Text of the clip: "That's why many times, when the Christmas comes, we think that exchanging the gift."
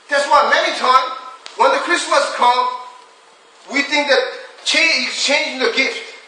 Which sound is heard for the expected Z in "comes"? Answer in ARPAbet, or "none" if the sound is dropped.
none